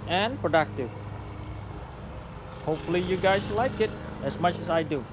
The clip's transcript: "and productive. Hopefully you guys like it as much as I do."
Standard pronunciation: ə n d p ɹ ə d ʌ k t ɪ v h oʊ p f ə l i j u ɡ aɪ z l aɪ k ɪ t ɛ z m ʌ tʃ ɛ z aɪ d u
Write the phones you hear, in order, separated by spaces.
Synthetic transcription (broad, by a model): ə n p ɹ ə d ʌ k t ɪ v h oʊ p f ə l i j u ɡ aɪ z l aɪ k ɪ t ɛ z m ʌ tʃ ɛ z aɪ d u